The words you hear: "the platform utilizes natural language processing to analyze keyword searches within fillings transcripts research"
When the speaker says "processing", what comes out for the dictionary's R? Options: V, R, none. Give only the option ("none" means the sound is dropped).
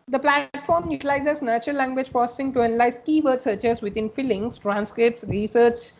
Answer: none